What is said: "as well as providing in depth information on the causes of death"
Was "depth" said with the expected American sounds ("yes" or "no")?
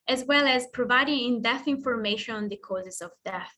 no